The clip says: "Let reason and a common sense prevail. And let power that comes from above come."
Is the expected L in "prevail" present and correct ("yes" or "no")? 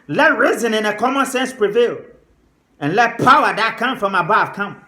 yes